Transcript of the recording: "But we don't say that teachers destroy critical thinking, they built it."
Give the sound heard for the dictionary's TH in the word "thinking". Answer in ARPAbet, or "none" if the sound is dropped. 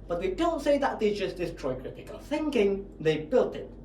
TH